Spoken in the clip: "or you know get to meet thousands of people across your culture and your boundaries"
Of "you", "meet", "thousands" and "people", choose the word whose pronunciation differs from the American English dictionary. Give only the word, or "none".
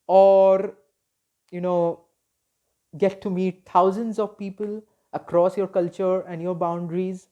thousands